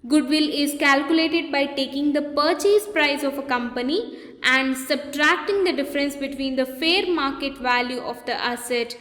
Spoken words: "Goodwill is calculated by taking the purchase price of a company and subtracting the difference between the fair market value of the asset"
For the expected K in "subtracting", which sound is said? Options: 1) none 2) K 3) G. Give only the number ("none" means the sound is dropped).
2